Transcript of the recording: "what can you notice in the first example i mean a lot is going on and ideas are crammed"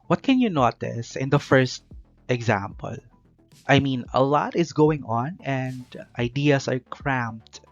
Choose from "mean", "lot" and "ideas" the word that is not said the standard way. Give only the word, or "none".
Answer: ideas